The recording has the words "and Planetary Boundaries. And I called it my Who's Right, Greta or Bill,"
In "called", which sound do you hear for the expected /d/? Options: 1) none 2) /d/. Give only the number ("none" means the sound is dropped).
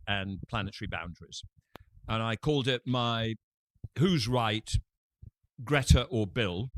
2